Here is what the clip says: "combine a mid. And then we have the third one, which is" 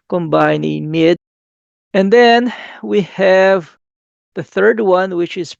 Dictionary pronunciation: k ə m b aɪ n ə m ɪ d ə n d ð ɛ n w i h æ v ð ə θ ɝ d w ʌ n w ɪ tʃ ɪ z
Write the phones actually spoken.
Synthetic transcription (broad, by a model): k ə m b aɪ n ə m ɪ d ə n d ð ɛ n w i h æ v ð ə θ ɝ d w ʌ n w ɪ tʃ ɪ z